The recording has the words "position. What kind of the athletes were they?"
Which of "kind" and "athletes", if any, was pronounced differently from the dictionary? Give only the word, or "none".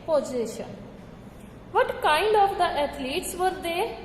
athletes